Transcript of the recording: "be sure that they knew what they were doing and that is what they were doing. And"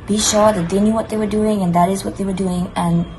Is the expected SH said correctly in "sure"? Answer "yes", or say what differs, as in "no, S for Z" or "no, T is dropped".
yes